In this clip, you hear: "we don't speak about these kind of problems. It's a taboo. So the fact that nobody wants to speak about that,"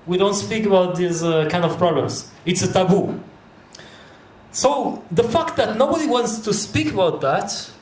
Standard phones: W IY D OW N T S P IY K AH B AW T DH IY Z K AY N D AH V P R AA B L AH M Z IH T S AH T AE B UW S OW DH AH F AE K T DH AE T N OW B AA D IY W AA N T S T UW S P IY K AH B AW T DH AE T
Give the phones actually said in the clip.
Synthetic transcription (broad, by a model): W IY D OW N T S P IY K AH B AW T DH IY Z K AY N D AH V P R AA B L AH M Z IH T S AH T AE B UW S OW DH AH F AE K T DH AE T N OW B AA D IY W AA N T S T UW S P IY K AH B AW T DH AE T